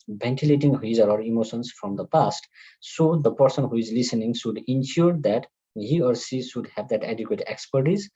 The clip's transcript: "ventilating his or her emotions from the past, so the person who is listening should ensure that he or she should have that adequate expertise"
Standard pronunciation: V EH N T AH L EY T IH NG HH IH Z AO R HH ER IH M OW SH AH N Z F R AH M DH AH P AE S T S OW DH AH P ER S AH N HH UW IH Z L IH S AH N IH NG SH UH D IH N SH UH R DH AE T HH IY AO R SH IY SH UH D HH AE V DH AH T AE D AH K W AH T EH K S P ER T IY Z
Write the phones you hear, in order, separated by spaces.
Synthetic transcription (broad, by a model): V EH N T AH L EY T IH NG HH IH Z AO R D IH M OW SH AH N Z F R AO M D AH P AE S T S OW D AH P ER S AH N HH UW IH Z L IH S AH N IH NG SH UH D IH N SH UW R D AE T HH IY AO R S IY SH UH D HH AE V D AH T AE D AH K W AH T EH K S P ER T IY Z